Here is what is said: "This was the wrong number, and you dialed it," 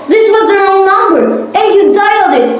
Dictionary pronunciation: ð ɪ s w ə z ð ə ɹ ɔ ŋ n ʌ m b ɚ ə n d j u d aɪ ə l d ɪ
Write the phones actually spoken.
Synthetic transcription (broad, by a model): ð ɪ s w ə z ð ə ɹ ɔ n n ʌ m b ɚ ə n j u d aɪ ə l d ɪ